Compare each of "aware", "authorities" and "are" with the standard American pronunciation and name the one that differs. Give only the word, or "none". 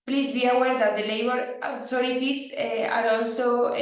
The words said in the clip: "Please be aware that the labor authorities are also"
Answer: authorities